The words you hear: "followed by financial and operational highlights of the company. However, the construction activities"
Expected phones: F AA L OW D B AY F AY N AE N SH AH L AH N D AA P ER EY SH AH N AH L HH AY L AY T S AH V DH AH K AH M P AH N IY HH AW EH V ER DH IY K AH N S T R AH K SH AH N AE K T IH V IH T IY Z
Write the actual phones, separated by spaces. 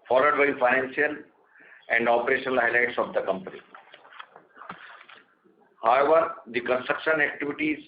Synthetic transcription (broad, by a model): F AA L OW D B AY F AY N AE N S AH L AH N D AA P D EY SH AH N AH L HH AY L AY T S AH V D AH K AH M P AH N IY HH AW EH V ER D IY K AH N S T R AH K SH AH N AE K T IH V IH T IY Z